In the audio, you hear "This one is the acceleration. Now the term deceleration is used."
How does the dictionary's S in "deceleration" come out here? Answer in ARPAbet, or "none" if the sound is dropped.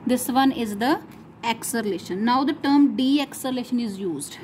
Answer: none